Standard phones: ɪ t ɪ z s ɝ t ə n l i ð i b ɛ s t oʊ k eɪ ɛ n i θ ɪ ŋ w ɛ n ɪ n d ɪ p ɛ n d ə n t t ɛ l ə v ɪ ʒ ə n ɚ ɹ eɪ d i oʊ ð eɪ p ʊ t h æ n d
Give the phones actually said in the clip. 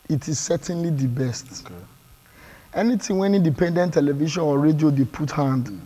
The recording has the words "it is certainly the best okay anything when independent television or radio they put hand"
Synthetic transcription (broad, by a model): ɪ t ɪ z s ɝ t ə n l i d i b ɛ s t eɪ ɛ n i t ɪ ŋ w ɛ n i n d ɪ p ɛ n d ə n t t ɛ l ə v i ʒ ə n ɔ ɹ eɪ d i oʊ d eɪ p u t h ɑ n d